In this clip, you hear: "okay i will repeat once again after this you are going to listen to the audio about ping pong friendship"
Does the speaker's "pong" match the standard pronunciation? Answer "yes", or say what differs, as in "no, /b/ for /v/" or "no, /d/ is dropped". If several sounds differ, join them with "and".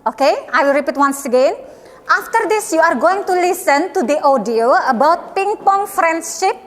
yes